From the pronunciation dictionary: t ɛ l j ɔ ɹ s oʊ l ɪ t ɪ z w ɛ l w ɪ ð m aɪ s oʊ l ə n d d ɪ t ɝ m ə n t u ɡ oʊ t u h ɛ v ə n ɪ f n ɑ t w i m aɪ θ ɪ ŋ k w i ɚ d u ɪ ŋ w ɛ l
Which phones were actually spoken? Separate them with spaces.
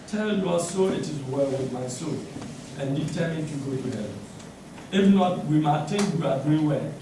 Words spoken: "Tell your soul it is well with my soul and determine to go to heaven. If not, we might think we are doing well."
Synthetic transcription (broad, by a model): t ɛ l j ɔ s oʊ ɪ t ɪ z w ɛ l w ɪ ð m aɪ s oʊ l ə n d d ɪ t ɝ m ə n t u ɡ oʊ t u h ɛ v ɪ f n ɑ t w i m aɪ t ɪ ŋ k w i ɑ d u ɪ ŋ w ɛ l